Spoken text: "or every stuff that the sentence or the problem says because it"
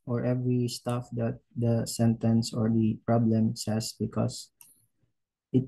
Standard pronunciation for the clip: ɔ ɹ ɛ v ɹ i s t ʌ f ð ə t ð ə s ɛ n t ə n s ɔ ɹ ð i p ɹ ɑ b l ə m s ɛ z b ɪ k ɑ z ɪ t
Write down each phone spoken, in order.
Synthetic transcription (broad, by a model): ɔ ɹ ɛ v ɹ i s t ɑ f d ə t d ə s ɛ n t ə n s ɔ ɹ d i p ɹ ɑ b l ə m s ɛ s b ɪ k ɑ s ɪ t